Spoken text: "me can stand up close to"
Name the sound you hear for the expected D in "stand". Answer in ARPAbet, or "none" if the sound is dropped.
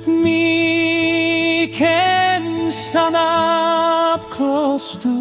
none